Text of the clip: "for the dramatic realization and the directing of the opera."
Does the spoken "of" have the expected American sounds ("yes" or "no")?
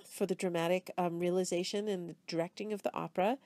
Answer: yes